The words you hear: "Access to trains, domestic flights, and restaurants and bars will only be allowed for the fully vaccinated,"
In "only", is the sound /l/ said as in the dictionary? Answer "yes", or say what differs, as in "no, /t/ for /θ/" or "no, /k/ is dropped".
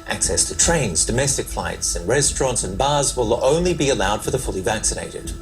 yes